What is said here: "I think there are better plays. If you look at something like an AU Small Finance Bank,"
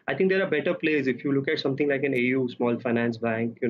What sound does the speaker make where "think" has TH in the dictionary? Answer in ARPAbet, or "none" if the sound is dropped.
T